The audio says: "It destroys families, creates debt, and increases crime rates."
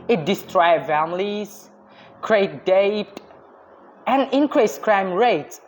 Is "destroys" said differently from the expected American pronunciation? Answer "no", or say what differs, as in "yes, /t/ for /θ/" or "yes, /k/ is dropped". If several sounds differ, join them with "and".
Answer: yes, /z/ is dropped